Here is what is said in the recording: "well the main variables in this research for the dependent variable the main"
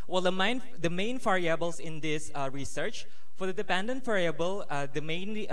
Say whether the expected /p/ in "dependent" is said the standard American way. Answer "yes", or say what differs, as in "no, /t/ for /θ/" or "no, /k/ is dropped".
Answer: yes